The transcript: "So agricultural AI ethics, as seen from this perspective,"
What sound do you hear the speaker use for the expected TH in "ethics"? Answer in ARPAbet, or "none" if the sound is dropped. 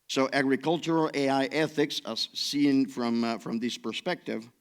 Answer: TH